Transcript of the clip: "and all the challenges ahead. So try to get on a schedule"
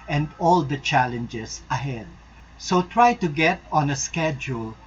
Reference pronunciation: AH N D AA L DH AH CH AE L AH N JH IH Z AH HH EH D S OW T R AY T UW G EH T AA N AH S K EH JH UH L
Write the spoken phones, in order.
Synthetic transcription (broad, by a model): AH N D AA L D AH CH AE L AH N JH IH S AH HH EH D S OW T R AY T UW G EH T AA N AH S K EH JH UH L